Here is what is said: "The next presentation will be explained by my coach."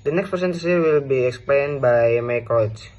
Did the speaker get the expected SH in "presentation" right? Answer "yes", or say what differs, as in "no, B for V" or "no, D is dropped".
no, S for SH